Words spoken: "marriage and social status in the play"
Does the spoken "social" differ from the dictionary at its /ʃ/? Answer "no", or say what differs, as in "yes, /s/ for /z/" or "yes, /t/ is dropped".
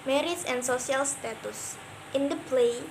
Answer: yes, /s/ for /ʃ/